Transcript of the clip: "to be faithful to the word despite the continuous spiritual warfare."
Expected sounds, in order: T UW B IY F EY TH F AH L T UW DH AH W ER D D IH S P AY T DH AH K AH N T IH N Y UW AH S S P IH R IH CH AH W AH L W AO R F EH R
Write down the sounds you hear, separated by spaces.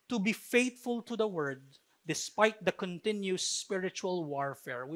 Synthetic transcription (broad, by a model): T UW B IY F EY T F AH L T UW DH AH W ER D D IH S P AY T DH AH K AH N T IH N Y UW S S P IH R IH CH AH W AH L W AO R F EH R